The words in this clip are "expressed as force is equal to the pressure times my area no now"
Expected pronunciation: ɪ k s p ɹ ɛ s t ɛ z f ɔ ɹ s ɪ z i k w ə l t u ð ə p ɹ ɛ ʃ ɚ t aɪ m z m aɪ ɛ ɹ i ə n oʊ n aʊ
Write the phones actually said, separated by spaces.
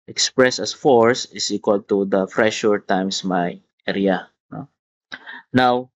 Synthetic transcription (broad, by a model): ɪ k s p ɹ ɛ s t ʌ s f ɔ ɹ s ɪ s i k w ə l t u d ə f ɹ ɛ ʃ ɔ t aɪ m s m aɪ ɛ ɹ i ə n oʊ n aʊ